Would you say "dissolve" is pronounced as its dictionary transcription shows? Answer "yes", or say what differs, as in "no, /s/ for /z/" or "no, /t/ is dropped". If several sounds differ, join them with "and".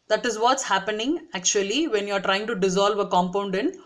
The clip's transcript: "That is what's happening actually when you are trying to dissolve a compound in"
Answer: yes